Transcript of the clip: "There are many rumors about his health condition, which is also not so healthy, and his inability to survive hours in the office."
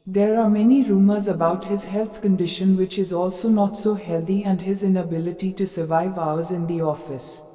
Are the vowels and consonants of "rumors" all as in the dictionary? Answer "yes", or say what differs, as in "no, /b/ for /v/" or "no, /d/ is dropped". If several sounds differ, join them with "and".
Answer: yes